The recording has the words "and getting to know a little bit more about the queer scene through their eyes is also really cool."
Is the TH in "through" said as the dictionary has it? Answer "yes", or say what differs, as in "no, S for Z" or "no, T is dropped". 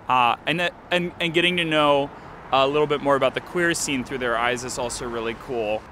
yes